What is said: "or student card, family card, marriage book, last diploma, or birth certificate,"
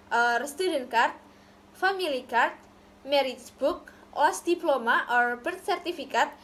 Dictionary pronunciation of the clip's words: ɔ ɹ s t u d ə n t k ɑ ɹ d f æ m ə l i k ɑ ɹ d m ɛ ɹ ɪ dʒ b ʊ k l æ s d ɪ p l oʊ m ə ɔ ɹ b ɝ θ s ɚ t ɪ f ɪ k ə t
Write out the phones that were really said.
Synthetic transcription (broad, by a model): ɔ ɹ s t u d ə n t k ɑ ɹ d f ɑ m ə l i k ɑ ɹ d m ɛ ɹ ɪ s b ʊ k w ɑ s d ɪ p l oʊ m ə ɔ ɹ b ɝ t s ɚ t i f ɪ k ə t